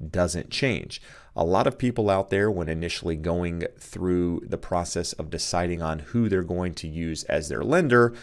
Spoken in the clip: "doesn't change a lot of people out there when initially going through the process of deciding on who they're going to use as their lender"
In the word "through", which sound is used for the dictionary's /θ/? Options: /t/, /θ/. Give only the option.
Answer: /θ/